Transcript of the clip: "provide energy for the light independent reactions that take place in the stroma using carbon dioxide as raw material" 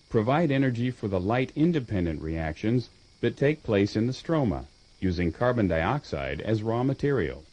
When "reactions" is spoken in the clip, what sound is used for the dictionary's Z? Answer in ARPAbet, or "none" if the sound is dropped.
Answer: Z